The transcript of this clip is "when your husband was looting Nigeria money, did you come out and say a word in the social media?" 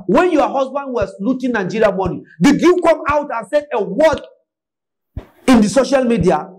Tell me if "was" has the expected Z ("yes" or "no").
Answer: no